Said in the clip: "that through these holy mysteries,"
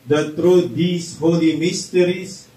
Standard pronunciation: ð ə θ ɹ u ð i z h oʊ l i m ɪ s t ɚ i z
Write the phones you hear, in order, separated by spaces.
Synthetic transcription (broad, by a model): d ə t ɹ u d i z h oʊ l i m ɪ s t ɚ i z